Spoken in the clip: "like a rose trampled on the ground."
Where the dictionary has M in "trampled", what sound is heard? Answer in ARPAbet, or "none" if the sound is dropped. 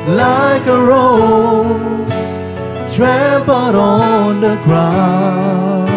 none